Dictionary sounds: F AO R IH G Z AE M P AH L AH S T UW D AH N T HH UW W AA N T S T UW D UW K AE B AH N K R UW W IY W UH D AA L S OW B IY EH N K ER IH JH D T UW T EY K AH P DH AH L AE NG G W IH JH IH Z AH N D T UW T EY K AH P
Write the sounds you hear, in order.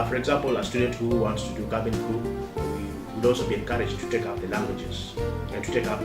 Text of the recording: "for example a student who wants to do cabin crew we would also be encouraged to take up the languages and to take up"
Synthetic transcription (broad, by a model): F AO R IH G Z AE M P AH L AH S T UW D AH N T HH UW W AA N T S T UW D UW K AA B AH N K UW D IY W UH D AA L S OW B IY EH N K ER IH JH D T UW T EY K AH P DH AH L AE NG G W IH JH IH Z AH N T UW T EY K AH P